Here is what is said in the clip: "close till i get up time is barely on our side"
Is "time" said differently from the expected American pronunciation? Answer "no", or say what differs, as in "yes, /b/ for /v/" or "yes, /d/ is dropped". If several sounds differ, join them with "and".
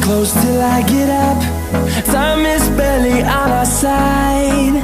yes, /s/ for /t/